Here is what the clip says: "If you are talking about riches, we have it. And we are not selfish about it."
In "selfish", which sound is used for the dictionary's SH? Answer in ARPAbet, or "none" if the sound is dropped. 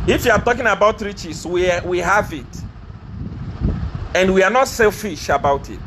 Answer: SH